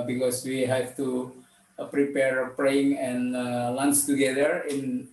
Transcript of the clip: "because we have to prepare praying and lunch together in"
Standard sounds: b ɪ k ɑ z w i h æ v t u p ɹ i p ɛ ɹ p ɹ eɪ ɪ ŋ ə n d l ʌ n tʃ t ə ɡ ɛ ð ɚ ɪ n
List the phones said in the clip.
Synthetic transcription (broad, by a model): b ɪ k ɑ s w i h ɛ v t u p ɹ i p ɛ ɹ p ɹ eɪ ɪ ŋ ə n l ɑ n s t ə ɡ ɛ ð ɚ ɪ n